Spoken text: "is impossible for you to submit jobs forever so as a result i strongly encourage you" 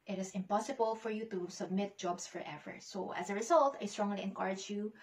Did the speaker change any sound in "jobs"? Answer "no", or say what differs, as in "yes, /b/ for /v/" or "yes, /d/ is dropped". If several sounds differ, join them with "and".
yes, /s/ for /z/